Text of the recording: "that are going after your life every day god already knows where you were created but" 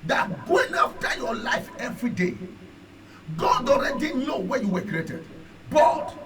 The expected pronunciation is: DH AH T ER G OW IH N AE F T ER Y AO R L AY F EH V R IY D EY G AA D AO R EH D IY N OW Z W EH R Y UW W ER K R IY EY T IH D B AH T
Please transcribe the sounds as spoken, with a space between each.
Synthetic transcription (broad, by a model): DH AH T G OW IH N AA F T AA Y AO L AY F EH V R IY D EY G AA D AO R EH D IY N OW W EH Y UW W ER K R IY EY T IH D B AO T